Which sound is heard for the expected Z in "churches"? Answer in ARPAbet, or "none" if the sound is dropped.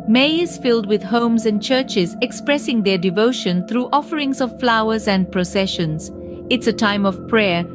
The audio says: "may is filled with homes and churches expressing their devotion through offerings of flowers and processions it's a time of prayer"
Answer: Z